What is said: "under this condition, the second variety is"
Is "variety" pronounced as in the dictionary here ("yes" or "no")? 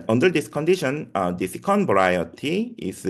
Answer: no